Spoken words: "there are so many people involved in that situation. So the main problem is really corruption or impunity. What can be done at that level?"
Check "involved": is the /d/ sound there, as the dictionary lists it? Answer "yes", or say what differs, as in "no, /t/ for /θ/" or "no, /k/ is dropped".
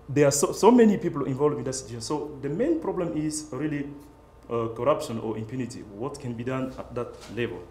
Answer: no, /d/ is dropped